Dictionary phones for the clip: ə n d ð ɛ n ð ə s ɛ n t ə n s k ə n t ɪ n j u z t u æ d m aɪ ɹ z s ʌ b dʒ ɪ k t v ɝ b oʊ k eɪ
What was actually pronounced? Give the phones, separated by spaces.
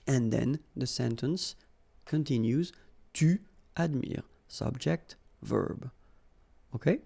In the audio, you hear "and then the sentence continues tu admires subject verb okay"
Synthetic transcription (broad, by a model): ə n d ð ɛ n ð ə s ɛ n t ə n s k ə n t ɪ n j u z t u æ d m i ɹ s ʌ b dʒ ɪ k t v ɝ b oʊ k eɪ